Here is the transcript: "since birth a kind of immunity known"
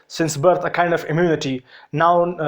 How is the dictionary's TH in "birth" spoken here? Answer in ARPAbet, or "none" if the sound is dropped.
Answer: T